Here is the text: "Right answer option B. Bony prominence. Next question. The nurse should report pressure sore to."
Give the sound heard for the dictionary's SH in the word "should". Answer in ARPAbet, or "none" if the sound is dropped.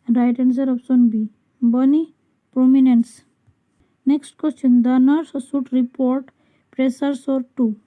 S